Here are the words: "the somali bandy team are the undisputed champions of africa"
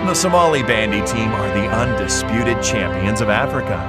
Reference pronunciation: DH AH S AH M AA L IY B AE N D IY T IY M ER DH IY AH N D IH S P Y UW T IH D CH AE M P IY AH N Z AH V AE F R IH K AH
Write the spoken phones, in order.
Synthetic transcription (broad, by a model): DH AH S AH M AA L IY B AE N D IY T IY M ER DH IY AH N D IH S P Y UW T IH D CH AE M P IY AH N Z AH V AE F R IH K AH